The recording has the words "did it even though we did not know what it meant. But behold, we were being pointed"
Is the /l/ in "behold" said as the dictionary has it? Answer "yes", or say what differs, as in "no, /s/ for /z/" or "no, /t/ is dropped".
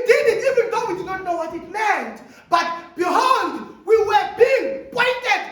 no, /n/ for /l/